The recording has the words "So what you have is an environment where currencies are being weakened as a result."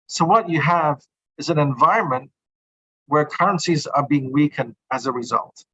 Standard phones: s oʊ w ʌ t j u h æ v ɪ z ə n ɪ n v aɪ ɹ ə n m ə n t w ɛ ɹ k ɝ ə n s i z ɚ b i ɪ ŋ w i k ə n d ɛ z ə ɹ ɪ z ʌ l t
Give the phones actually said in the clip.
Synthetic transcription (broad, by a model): s oʊ w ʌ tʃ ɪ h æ v ɪ z ə n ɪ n v aɪ ɹ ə n m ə n t w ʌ ɹ k ɝ ə n s i z ɚ b i ɪ ŋ w i k ə n d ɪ z ə ɹ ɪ z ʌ l t